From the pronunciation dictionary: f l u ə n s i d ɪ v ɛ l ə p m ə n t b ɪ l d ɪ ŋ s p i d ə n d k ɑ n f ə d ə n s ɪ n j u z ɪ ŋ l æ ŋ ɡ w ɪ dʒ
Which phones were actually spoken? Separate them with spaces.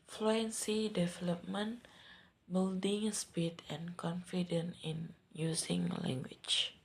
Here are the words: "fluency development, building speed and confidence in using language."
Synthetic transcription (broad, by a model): f l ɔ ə n s i d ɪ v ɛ l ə p m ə n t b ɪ l d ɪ ŋ s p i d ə n k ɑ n f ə d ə n ɪ n j u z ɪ ŋ l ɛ ŋ ɡ w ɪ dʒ